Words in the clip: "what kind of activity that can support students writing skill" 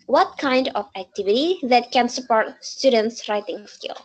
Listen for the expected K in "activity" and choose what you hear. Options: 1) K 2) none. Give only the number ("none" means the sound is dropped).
1